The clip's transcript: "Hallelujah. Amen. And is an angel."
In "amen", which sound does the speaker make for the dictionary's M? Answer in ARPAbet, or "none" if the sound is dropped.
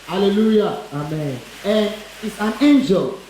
M